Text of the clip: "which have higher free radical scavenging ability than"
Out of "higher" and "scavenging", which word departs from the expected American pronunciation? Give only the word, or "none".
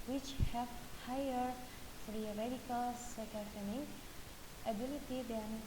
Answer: scavenging